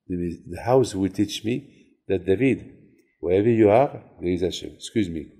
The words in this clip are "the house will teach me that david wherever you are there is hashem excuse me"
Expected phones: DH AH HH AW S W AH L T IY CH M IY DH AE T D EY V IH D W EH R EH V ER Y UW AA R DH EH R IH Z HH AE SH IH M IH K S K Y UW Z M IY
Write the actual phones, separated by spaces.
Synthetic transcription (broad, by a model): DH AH HH AW S W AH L T IY CH M IY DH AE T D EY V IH D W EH EH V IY Y UW AA R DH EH IH Z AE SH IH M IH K S K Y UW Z M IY